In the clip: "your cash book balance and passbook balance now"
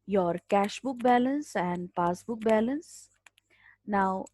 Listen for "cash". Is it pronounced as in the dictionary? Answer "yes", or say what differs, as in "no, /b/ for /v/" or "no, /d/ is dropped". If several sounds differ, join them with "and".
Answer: yes